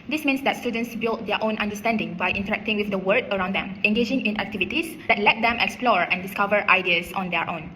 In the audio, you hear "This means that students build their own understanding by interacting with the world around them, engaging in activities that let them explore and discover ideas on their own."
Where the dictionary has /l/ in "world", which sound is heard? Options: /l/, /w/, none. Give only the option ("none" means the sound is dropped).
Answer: none